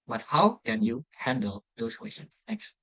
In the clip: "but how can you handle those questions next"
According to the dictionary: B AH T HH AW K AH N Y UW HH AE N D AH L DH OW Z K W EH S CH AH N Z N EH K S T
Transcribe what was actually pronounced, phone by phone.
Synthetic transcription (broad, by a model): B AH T HH AW K AH N Y UW HH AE N D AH L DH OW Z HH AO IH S AH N N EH K S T